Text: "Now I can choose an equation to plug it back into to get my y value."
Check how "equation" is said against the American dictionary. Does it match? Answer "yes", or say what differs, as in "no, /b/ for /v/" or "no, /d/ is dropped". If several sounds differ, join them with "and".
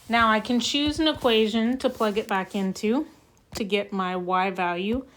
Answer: yes